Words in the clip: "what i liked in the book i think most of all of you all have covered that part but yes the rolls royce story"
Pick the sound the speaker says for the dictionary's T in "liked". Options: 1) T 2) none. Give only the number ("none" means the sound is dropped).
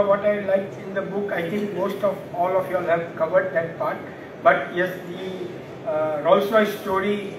2